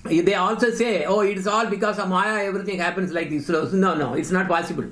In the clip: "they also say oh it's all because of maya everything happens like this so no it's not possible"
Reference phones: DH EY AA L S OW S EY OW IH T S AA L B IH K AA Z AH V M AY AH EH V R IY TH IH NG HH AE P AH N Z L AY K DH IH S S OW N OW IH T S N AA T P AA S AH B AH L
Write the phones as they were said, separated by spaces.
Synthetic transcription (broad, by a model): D EY AA L S OW S EY OW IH T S AA L B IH K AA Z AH M AY AH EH V R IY T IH NG HH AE P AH N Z L AY K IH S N OW N OW IH T S N AA T P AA S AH B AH L